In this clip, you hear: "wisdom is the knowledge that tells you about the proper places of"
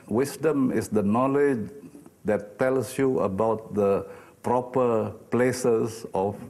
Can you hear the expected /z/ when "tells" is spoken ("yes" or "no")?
no